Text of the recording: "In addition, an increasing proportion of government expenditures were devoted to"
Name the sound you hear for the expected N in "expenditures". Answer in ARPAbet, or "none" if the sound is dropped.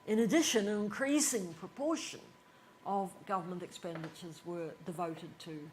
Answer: N